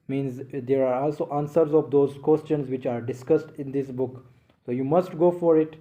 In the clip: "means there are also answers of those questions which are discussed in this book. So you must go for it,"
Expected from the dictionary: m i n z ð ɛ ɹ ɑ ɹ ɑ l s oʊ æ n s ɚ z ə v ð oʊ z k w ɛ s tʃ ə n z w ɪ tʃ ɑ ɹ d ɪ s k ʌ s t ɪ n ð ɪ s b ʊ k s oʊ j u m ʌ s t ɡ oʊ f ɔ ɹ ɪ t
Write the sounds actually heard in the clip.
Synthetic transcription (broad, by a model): m i n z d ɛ ɹ ɑ ɹ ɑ l s oʊ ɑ n s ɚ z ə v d oʊ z k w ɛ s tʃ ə n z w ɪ tʃ ɑ ɹ d ɪ s k ʌ s t ɪ n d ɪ s b ʊ k s oʊ j u m ʌ s t ɡ oʊ f ɔ ɹ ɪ t